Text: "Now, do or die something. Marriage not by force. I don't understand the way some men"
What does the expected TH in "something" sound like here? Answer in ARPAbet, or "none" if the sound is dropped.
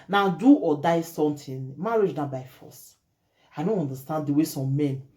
T